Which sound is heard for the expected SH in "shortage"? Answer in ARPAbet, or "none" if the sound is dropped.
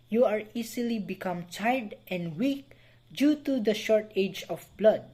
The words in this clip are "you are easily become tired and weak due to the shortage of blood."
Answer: SH